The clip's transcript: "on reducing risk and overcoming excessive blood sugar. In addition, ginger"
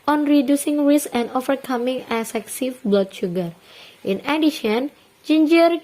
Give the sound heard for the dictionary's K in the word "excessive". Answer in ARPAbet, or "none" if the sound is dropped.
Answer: none